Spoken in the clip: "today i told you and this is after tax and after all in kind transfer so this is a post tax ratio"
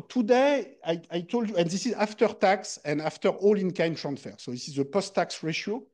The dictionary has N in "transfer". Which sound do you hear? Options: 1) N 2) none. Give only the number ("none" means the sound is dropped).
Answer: 1